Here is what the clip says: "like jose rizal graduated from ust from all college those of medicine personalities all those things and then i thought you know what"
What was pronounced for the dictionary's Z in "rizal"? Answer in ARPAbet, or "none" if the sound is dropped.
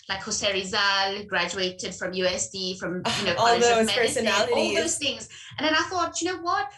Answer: Z